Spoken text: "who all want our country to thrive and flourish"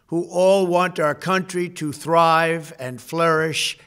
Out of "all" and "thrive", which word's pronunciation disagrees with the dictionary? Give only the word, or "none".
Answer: none